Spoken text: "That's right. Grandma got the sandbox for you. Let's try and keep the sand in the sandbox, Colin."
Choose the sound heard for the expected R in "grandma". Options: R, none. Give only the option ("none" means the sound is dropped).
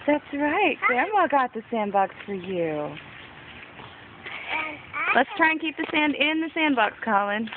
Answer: none